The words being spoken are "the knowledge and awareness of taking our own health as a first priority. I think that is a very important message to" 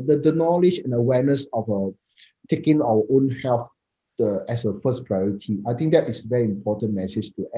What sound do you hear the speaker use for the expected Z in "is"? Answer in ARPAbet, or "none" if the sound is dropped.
S